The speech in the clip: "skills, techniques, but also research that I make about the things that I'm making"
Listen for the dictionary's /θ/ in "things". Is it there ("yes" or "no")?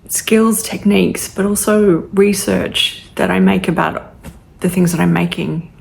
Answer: yes